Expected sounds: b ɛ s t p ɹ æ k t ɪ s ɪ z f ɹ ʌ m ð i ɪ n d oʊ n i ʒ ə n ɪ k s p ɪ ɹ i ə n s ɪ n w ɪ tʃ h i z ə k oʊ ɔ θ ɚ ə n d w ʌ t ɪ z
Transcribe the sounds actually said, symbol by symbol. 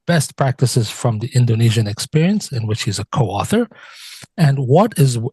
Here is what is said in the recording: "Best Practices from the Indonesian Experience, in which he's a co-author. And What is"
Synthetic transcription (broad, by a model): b ɛ s t p ɹ æ k t ɪ s ɪ z f ɹ ʌ m ð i ɪ n d oʊ n i ʒ ə n ɪ k s p ɪ ɹ i ə n s ɪ n w ɪ tʃ h i z ə k oʊ ɔ θ ɚ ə n w ʌ t ɪ z